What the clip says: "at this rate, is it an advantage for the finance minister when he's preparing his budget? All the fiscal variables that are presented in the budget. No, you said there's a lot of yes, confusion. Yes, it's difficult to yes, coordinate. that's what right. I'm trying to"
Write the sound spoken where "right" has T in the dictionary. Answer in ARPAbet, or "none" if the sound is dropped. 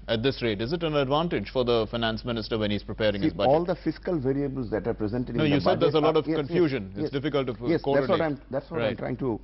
none